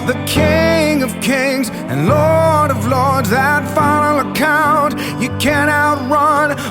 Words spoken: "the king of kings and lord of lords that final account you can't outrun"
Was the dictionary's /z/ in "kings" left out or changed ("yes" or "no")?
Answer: no